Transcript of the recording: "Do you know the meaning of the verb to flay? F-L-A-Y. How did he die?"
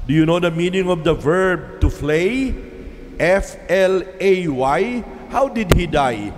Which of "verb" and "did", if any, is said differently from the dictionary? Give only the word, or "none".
none